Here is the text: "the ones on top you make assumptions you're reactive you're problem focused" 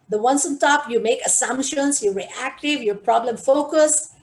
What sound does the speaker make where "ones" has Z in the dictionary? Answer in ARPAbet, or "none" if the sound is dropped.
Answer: S